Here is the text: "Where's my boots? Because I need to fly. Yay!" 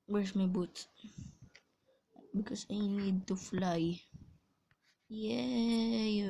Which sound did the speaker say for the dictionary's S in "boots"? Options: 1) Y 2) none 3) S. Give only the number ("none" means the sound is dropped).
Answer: 2